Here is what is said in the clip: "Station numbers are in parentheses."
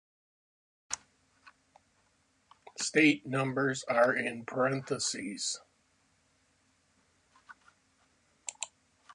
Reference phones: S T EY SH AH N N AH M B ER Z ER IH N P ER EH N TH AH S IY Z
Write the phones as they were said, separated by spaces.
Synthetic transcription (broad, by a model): S T EY AH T N AH M B ER Z ER IH N P ER EH N TH AH S IY Z